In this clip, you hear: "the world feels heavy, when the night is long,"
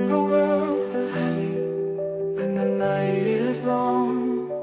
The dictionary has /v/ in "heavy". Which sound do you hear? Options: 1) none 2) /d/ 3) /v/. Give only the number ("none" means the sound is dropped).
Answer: 1